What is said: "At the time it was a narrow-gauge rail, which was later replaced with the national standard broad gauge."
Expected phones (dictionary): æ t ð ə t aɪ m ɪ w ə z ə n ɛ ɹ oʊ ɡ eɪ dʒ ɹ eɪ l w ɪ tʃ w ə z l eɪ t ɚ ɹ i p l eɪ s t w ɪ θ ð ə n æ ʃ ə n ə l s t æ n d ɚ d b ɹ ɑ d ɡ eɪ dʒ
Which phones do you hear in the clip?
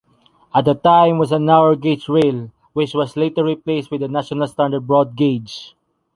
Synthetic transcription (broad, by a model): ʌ t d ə t aɪ m w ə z ə n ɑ w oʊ ɡ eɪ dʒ ɹ eɪ l w ɪ tʃ w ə s l eɪ t ɚ ɹ i p l eɪ s t w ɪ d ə n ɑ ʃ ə n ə l s t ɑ n d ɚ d b ɹ ɑ d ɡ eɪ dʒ